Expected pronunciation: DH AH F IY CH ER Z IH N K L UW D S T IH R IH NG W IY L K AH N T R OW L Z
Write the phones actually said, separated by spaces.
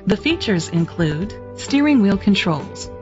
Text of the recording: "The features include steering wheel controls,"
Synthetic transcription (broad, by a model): DH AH F IY CH ER Z IH N K L UW D S T IH R IH NG W IY L K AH N T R OW L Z